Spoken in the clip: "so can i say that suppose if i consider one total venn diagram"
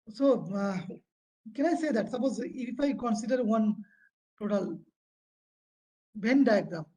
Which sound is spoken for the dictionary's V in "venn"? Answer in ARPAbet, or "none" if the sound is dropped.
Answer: B